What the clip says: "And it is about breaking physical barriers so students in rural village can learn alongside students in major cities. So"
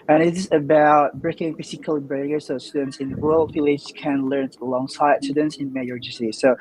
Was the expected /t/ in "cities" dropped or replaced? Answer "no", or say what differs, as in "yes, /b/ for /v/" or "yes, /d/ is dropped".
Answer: yes, /s/ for /t/